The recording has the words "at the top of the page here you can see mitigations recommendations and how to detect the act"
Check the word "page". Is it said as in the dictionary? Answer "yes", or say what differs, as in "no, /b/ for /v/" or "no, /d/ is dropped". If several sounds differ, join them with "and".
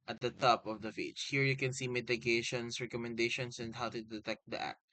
no, /f/ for /p/